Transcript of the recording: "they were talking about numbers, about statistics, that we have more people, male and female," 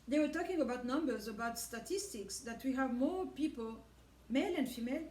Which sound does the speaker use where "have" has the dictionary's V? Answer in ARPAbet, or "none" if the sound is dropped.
V